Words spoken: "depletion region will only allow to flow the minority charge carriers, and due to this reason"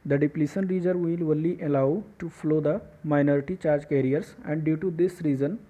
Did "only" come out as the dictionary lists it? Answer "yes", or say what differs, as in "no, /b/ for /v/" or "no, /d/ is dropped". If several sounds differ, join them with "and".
no, /n/ is dropped